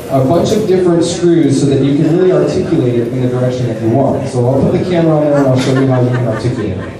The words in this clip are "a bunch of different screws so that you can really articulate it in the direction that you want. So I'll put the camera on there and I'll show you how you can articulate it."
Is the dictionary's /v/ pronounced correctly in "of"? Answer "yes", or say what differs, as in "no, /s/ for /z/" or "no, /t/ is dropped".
yes